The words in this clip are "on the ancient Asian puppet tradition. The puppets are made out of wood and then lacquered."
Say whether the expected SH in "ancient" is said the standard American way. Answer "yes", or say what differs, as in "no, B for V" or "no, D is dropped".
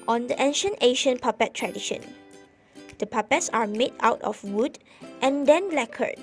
yes